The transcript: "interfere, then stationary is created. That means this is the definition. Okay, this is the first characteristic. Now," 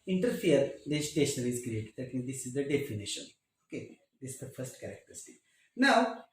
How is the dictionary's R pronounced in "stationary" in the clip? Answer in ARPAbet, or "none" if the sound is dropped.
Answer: L